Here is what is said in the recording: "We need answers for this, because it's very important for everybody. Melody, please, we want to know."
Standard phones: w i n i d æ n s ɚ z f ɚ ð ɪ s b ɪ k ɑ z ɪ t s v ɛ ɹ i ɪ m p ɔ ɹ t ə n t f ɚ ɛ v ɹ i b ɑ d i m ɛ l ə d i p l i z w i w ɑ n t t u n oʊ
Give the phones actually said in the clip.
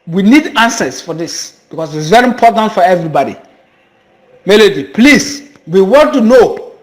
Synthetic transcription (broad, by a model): w i n i d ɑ n s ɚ s f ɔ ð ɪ s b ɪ k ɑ s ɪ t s v ɛ ɹ i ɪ m p ɔ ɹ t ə n t f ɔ ɛ v ɹ i b ɑ d i m ɛ l ə d i p l i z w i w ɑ t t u n oʊ